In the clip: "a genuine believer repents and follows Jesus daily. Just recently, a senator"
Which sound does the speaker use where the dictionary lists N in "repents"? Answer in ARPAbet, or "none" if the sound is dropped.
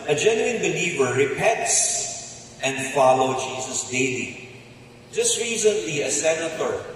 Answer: none